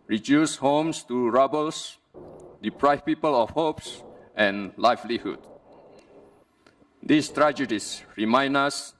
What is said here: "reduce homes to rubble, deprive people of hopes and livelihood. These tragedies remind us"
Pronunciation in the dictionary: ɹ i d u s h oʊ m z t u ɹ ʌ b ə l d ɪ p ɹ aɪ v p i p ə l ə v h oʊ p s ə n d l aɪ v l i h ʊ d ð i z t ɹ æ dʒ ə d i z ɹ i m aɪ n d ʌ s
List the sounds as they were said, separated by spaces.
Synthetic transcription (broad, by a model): ɹ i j u s h oʊ m s t u ɹ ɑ b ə l d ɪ p ɹ aɪ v p i p ə l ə f h oʊ p s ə n l aɪ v l i h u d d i s t ɹ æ dʒ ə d i s ɹ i m aɪ n ʌ s